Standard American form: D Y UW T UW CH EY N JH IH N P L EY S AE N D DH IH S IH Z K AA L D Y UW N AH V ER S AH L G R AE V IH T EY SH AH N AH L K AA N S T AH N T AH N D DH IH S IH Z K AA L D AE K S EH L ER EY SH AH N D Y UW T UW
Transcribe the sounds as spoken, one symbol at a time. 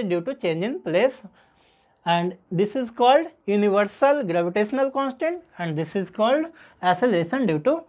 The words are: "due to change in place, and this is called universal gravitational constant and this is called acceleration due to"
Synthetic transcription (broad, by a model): D Y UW T UW CH EY N JH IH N P L EY S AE N D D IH S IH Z K AA L D Y UW N AH V ER S AH L G R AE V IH T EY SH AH N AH L K AA N S T AH N T AH N D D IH S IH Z K AA L D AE S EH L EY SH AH N D Y UW T UW